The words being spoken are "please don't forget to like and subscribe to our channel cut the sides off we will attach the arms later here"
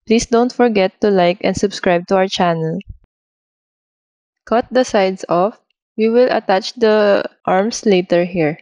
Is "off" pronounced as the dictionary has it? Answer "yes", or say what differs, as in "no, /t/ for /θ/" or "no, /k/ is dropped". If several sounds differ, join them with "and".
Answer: yes